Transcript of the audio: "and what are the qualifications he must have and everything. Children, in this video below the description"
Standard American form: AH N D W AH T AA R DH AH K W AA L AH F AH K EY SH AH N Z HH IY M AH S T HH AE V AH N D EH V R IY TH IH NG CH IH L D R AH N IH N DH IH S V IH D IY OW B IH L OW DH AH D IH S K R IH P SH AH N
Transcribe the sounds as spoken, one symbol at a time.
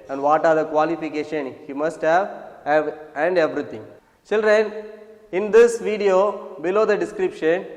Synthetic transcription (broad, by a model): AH N D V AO T AA R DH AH K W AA L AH F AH K EY SH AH N HH IY M AH S T HH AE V AH N D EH V R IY T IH NG CH IH L D R AH N IH N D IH S V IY D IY OW B IH L OW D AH D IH S K R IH P SH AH N